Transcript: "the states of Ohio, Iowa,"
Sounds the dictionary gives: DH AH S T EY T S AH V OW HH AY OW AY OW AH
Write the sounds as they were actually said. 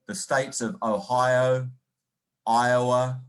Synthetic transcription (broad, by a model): DH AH S T EY T S AH V OW HH AY OW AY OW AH